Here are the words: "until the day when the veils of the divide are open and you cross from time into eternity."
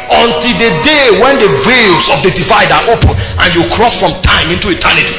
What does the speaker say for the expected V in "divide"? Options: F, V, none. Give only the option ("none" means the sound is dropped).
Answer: F